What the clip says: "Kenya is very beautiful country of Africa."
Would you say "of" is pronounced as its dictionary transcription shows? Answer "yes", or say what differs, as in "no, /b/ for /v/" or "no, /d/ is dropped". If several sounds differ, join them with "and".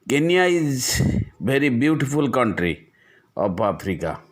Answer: no, /p/ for /v/